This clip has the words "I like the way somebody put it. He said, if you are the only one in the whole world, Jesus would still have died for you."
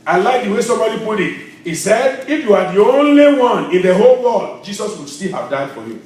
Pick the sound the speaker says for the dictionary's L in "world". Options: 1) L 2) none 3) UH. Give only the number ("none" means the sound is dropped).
2